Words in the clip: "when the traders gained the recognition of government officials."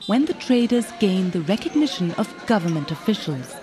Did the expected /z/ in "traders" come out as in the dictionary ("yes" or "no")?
yes